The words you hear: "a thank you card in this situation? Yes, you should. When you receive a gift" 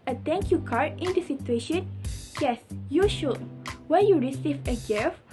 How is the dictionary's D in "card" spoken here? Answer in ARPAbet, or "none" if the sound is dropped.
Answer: none